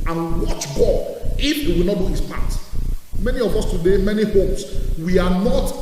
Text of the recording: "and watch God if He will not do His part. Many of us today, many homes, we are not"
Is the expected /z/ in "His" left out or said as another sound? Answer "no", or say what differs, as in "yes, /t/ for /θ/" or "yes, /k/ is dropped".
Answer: yes, /s/ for /z/